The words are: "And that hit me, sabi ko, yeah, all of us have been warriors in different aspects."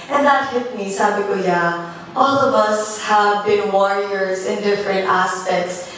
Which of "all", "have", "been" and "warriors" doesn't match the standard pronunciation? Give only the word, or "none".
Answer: none